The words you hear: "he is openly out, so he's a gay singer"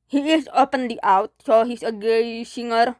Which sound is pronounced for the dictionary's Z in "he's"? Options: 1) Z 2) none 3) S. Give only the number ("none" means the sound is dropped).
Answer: 3